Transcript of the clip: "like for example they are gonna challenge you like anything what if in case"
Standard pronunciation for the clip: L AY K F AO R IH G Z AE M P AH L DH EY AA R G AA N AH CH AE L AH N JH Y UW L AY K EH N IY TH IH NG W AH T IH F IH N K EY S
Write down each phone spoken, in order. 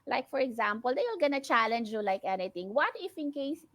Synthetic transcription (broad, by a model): L AY K F AO R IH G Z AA M P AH L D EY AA L G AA N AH CH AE L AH N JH Y UW L AY K EH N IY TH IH NG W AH T IH F IH N K EY S